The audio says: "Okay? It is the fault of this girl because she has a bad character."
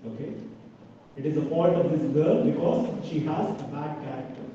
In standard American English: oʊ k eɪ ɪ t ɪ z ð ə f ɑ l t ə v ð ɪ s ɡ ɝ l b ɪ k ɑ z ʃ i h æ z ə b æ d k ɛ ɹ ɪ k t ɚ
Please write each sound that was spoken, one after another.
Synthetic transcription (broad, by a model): oʊ k eɪ ɪ t ɪ z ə p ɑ n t ə v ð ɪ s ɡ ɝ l b ɪ k ɑ z ʃ i h æ z ə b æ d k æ ɹ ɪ k t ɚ